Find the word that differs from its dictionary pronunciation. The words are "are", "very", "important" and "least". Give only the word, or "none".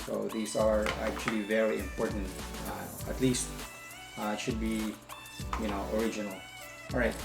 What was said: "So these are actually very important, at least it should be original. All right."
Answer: none